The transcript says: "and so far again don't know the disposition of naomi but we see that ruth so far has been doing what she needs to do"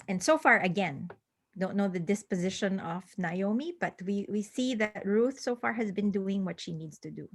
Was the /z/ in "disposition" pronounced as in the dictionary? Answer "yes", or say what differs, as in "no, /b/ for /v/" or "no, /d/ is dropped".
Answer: yes